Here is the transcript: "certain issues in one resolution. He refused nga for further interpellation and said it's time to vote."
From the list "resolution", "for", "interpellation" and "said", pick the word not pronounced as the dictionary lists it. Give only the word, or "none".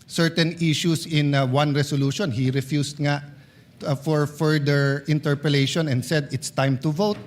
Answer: resolution